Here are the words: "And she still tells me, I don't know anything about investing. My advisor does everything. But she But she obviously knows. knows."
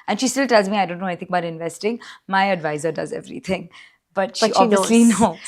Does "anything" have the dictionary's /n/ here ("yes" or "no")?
no